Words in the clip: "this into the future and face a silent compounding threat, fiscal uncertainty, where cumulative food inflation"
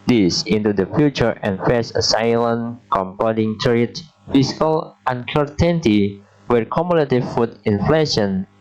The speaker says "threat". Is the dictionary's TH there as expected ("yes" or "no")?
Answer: no